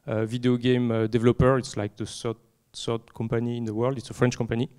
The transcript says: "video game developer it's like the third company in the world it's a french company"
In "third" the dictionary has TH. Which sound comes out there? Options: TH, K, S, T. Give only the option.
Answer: S